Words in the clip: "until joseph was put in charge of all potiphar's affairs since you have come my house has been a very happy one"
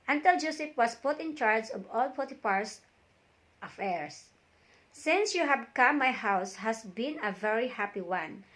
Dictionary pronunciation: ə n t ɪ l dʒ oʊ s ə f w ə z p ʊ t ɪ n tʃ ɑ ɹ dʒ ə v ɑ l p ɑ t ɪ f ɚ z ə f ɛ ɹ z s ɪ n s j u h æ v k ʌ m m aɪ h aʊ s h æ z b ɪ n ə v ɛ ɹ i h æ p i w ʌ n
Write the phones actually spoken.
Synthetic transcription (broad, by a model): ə n t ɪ l dʒ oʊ s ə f w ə s p ʊ t ɪ n tʃ ɑ ɹ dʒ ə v ɑ l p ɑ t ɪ p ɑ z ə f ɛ ɹ s ɪ n s j u h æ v k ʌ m m aɪ h aʊ s h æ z b ɪ n ə v ɛ ɹ i h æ p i w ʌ n